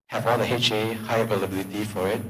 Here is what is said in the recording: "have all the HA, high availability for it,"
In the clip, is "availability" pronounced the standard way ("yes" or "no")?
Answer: yes